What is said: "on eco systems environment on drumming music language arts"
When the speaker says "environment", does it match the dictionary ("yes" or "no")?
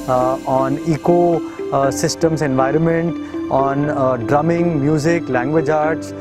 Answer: yes